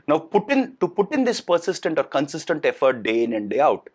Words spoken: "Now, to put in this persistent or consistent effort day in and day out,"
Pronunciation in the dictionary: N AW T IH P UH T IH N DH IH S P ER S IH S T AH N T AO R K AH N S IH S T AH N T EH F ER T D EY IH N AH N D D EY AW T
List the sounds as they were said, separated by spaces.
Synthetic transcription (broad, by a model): N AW T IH P UH T IH N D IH S P ER S IH S T AH N T AO R K AH N S IH S T AH N T EH F ER T D EY IH N AH N D D EY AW T